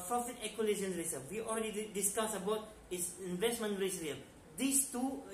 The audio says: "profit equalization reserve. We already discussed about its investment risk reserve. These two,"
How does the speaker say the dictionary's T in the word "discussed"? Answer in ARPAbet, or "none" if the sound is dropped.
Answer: none